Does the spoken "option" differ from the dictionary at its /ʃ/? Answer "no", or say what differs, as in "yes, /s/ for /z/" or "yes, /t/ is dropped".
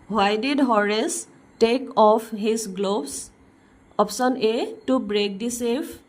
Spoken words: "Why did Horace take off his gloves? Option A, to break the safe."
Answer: yes, /s/ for /ʃ/